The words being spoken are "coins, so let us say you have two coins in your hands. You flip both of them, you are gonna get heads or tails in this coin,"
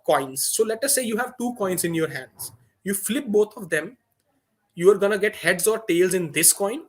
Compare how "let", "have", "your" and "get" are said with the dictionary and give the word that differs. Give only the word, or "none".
none